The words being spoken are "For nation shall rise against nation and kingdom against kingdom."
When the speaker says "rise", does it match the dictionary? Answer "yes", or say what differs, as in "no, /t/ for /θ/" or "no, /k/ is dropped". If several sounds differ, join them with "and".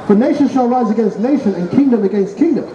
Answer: yes